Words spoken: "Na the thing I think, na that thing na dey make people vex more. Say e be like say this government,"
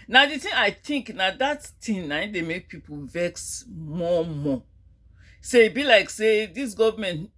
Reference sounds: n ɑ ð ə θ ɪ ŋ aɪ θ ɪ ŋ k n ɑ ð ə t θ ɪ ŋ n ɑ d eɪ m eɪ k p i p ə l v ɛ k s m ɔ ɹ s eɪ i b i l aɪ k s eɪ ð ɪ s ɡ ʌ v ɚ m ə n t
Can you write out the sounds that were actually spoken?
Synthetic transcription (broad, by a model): n ɑ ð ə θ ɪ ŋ aɪ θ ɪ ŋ k n ɑ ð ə t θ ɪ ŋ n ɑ d eɪ m eɪ k p i p ə l v ɛ k s m ɔ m s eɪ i b i l aɪ k s eɪ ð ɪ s ɡ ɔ v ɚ m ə n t